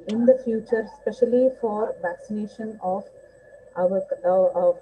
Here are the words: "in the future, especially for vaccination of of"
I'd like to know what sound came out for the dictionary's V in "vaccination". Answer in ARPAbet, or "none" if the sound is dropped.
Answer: V